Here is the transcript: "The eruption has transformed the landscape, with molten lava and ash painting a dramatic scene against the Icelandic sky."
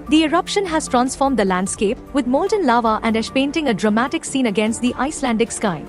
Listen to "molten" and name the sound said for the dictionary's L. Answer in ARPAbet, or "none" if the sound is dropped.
L